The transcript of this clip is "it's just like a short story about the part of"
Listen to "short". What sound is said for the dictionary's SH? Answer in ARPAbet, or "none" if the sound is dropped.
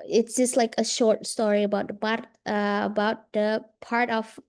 SH